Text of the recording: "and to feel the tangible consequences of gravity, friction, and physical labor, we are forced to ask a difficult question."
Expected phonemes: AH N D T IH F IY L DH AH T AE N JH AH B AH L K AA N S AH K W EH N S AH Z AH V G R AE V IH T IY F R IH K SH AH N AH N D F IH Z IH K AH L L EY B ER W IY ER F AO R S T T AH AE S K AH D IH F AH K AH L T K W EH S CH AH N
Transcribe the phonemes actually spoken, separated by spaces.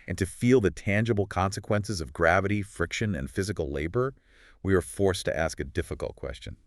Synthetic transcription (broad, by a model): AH N T IH F IY L DH AH T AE N JH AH B L K AA N S AH K W EH N S AH Z AH V G R AE V IH T IY F R IH K SH AH N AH N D F IH Z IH K L L EY B ER W IY ER F AO R S T T AE S K AH D IH F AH K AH L T K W EH S CH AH N